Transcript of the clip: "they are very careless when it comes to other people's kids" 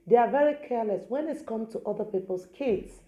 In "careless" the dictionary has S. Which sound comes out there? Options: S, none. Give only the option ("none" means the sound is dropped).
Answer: S